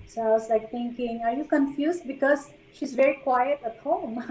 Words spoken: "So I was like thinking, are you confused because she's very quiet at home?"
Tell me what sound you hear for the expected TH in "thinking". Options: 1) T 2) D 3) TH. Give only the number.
1